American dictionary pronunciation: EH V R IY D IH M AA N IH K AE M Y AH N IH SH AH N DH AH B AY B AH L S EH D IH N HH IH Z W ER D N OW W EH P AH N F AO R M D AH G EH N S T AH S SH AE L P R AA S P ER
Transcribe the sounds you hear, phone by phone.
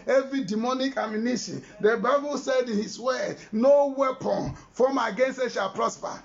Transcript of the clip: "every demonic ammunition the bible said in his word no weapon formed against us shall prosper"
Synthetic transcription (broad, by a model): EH V R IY D IH M AA N IH K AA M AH N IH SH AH N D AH B AY B AH L S EH D IH N HH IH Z W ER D N OW W EH P AH N F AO M AH G EH N S T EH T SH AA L P R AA S P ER